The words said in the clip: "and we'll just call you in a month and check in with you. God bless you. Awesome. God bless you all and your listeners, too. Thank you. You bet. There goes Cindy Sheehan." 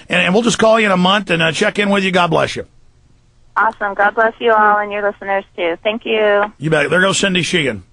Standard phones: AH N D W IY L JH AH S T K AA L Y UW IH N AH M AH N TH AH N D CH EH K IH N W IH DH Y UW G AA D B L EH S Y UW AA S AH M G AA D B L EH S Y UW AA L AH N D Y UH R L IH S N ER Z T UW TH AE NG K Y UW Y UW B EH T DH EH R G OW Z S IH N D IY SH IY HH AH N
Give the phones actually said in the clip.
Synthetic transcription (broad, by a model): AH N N W IY L JH AH S K AA L Y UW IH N AH M AH N TH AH N CH EH K IH N W IH DH Y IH G AA D B L EH S Y UW AA S AH M G AA D B L EH S Y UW AA L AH N Y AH R L IH S N ER Z T UW TH AE NG K Y UW Y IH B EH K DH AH R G OW S IH N D IY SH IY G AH N